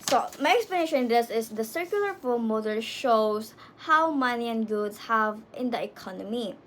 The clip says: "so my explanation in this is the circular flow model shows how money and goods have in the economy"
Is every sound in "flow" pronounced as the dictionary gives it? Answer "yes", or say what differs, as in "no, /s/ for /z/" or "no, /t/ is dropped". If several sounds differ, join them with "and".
no, /l/ is dropped